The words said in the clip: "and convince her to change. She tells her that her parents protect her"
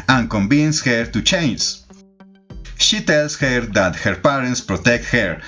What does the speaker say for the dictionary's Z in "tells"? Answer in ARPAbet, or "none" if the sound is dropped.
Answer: S